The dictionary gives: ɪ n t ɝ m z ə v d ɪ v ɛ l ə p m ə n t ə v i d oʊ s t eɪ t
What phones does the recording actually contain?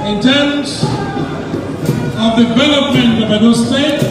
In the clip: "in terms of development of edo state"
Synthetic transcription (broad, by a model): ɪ n t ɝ m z ə v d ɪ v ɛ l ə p ə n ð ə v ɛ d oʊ s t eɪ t